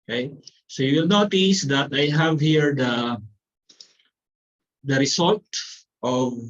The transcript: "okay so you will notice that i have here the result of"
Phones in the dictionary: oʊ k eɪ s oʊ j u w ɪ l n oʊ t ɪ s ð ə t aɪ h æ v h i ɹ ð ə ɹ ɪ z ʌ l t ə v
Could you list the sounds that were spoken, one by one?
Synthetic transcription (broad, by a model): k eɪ s oʊ j u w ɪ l n oʊ t ɪ s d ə t aɪ h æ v h i ɹ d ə ɹ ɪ s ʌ l t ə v